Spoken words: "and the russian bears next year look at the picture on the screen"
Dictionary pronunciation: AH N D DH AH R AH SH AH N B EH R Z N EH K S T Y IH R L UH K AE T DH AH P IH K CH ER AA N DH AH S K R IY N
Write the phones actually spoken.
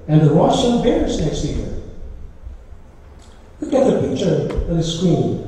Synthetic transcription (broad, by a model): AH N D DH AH W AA S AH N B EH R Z N EH K S T Y IH R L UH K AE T DH AH P IH K CH ER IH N DH AH S K R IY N